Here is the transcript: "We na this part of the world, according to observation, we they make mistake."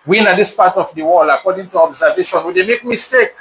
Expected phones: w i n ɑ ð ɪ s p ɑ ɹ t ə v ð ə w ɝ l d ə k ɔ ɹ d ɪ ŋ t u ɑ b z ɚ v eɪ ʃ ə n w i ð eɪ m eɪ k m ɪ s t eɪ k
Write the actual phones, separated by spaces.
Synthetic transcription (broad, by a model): w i n ɑ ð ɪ s p ɑ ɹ t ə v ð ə w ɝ l ə k ɔ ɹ d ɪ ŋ t u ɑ b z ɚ v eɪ ʃ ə n w i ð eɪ m eɪ k m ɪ s t eɪ k